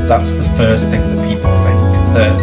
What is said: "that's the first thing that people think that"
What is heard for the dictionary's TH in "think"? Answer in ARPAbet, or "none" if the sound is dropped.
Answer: F